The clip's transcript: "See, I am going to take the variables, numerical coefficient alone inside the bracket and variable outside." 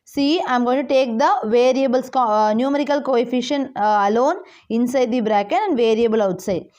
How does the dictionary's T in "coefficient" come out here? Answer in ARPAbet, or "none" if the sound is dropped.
none